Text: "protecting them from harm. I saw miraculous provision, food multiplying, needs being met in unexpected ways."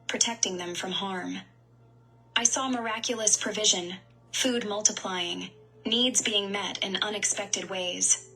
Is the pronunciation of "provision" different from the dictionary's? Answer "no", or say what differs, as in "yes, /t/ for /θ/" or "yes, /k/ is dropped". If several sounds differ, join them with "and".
no